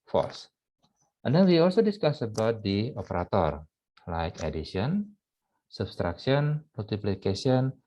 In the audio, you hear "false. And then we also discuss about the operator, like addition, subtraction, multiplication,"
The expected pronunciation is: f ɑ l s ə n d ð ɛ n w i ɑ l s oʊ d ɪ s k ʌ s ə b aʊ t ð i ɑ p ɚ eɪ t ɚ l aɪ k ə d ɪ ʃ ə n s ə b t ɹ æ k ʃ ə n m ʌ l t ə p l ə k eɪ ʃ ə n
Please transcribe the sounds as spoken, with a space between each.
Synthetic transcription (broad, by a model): f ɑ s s ə n d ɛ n w i ɑ l s oʊ d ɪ s k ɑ s ə b aʊ t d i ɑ p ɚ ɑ t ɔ l aɪ k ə d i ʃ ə n s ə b t ɹ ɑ k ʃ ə n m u l t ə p l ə k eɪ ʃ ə n